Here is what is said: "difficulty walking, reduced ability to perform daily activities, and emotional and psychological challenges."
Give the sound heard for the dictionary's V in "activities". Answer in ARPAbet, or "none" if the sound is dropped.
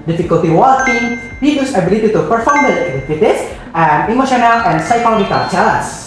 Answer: W